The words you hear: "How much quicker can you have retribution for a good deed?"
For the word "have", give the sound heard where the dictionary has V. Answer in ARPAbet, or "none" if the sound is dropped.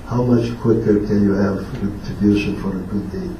V